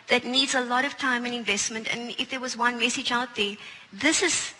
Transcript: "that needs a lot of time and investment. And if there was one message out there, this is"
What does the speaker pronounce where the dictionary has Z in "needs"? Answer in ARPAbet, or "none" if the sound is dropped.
Z